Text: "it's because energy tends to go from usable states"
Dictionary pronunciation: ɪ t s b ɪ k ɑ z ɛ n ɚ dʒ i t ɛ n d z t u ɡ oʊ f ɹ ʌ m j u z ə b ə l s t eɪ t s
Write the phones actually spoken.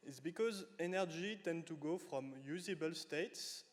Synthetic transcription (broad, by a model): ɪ t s b ɪ k ɑ z ɛ n ɚ dʒ i t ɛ n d t u ɡ oʊ f ɹ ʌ m j u z ə b ə l s t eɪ t s